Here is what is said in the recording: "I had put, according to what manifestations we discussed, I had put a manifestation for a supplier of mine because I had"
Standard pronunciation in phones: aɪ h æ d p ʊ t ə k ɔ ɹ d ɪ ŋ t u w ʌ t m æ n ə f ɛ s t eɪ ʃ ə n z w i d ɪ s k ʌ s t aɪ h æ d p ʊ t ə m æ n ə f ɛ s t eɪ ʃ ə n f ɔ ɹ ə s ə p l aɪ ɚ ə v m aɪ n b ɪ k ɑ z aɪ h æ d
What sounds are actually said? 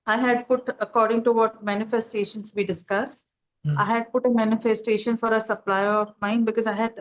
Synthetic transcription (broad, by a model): aɪ h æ d p ʊ t ə k ɔ ɹ d ɪ ŋ t u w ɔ t m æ n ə f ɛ s t eɪ ʃ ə n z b i d ɪ s k ʌ s t aɪ h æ d p ʊ t ə m æ n ə f ɛ s t eɪ ʃ ə n f ɔ ɹ ə s ə p l aɪ ɚ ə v m aɪ n b ɪ k ɑ z aɪ h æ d